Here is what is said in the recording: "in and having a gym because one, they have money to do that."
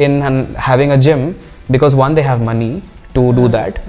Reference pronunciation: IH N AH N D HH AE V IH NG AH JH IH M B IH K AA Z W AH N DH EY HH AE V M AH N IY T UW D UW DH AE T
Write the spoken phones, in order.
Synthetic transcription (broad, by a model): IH N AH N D HH AE V IH NG AH JH IH M B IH K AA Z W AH N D EY HH AE V M AH N IY T UW D UW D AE T